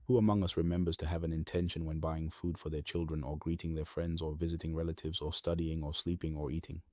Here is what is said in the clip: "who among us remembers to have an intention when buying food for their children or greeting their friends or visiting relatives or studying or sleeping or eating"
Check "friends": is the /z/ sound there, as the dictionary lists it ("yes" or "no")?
yes